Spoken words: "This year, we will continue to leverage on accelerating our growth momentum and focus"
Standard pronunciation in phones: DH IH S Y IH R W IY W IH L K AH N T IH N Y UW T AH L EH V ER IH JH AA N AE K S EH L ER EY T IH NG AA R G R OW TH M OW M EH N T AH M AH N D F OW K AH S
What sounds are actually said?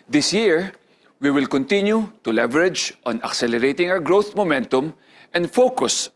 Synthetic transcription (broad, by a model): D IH S Y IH R W IY W IH L K AH N T IH N Y UW T AH L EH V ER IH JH AA N AE K S EH L ER EY T IH NG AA W G R OW TH M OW M EH N T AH M AH N D F OW K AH S